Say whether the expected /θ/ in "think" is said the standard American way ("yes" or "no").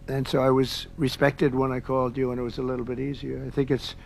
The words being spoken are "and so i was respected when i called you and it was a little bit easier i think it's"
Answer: yes